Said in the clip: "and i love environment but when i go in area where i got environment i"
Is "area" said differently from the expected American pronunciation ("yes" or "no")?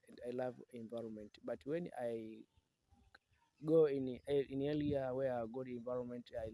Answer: yes